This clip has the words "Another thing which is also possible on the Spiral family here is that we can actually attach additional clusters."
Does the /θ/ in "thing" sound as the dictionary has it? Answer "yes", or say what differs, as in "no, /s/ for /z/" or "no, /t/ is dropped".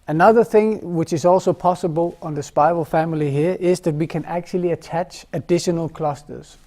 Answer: yes